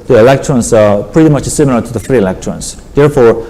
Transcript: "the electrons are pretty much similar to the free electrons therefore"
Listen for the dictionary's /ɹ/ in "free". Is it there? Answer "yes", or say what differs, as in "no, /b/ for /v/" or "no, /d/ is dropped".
yes